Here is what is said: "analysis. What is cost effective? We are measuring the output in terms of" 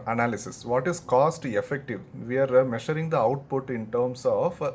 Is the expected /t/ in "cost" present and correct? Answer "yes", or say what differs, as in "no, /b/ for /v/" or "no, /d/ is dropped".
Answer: yes